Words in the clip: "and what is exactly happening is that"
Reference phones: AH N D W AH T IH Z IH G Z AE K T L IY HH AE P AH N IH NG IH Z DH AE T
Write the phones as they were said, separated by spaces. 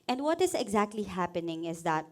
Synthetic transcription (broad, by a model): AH N D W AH T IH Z IH G Z AE K T L IY HH AE P AH N IH NG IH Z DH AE T